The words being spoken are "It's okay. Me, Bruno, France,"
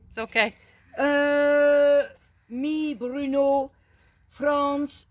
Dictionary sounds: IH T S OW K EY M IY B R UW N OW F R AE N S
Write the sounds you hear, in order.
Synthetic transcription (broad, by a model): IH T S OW K EY M IY B R UW N OW F R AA N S